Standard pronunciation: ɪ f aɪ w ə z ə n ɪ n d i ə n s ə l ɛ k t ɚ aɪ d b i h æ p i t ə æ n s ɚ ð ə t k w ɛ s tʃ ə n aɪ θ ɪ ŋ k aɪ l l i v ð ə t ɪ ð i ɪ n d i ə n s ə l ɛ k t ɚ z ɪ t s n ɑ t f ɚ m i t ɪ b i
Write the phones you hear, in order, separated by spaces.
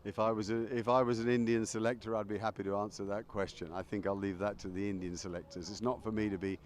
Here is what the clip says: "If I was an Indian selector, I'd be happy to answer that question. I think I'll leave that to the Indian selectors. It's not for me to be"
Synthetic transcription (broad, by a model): ɪ f aɪ w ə z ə n ɪ n d i ə n s ə l ɛ k t ɚ aɪ d b i h æ p i t ə æ n s ɚ ð ə t k w ɛ s tʃ ə n aɪ θ ɪ ŋ k aɪ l l i v ð ə t ɪ ð i ɪ n d i ə n s ə l ɛ k t ɚ z ɪ t s n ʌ t f ɚ m i t ɪ b i